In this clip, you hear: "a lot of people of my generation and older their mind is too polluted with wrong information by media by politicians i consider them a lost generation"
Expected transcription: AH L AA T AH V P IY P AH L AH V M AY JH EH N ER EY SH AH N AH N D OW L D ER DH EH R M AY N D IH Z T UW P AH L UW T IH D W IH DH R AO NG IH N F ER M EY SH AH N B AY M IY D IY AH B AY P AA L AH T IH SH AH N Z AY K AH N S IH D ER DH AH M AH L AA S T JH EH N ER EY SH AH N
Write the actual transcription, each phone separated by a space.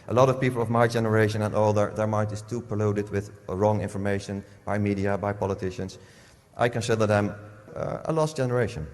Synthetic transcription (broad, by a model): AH L AA T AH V P IY P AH L AH V M AY JH EH N ER EY SH AH N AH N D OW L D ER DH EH R M AY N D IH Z T UW P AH L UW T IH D W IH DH R AO NG IH N F ER M EY SH AH N B AY M IY D IY AH B AY P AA L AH T IH SH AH N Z AY K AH N S IH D ER DH AH M AH L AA S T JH EH N ER EY SH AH N